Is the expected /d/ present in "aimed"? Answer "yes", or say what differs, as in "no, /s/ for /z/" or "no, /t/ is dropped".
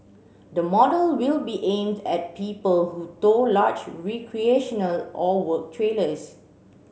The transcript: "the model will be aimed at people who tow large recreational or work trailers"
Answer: yes